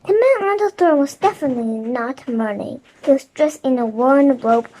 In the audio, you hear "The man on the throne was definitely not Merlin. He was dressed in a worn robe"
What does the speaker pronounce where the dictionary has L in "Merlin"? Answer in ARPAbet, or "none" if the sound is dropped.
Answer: N